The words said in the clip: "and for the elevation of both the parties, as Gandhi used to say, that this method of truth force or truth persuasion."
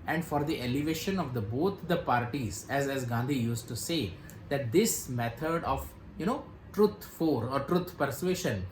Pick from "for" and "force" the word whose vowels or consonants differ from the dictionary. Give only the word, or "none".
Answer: force